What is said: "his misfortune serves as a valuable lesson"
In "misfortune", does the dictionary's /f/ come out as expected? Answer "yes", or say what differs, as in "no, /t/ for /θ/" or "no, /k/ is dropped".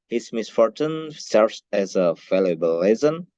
yes